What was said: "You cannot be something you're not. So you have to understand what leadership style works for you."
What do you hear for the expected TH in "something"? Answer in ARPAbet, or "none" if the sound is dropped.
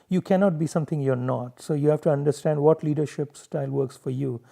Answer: T